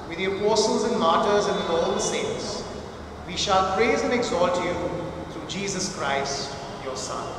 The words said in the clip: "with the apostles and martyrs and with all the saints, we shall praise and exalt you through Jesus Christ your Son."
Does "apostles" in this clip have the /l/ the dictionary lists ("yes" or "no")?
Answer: yes